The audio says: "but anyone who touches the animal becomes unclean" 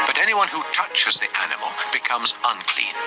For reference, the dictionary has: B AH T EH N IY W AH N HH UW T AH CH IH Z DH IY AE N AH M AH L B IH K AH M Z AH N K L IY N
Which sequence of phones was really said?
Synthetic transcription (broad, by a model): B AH T EH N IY W AH N HH UW T AH CH IH Z DH IY AE N AH M AH L B IH K AH M Z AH N K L IY N